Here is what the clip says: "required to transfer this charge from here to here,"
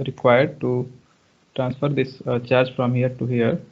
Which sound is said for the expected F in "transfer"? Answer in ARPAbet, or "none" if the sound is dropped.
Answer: F